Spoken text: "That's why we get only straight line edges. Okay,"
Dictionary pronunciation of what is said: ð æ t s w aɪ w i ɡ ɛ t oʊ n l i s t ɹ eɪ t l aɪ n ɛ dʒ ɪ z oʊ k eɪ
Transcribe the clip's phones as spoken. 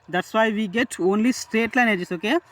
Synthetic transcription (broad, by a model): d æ t s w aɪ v i ɡ ɛ t oʊ n l i s t ɹ eɪ t l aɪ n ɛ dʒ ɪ s oʊ k eɪ